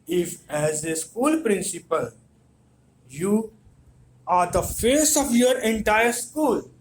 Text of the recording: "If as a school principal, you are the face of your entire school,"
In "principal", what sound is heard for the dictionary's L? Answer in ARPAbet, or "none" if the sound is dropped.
L